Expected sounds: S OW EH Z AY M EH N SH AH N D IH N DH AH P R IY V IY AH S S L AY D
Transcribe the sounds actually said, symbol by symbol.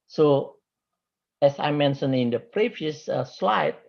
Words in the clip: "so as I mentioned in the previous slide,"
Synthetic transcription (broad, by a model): S OW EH S AY M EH N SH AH N IH N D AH P R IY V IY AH S S L AY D